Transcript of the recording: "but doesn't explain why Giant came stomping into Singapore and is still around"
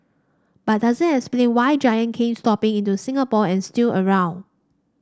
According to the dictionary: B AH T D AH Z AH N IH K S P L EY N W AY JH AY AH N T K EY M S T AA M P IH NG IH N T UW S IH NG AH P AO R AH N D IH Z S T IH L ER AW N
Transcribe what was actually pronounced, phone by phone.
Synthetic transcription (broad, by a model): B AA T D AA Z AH N IH K S P L EY N W AY JH AY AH N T K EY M S T AA P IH NG IH N T UW S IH NG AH P AO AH N S T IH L ER AW N